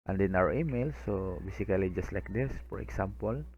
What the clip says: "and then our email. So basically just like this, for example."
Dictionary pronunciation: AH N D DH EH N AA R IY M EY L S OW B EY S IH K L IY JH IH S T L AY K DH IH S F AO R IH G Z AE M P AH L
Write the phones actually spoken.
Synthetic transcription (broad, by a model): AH N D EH N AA W IY M EY L S OW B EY S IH K L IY JH IH S T L AY K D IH S F AO R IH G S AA M P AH L